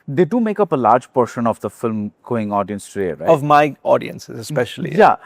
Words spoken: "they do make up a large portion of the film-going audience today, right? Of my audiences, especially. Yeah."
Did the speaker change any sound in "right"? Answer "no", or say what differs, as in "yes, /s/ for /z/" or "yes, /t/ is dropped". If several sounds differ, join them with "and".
yes, /t/ is dropped